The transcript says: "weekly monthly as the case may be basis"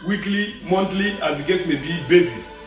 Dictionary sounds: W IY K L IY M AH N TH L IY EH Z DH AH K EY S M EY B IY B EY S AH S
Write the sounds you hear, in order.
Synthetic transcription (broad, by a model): W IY K L IY M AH N T L IY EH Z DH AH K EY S M EY B IY B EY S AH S